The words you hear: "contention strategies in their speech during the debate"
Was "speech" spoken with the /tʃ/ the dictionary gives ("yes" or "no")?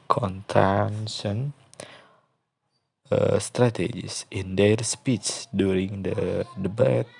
no